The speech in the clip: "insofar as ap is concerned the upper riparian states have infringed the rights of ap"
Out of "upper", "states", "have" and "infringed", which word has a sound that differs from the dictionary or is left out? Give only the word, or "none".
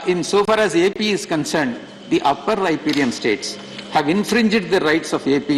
none